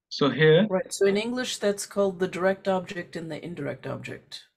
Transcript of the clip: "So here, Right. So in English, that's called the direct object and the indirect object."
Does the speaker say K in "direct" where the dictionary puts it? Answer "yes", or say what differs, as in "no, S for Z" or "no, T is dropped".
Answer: yes